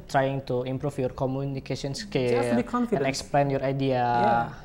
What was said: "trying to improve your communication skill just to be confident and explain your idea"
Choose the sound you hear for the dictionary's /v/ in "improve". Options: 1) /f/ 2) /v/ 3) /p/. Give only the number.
1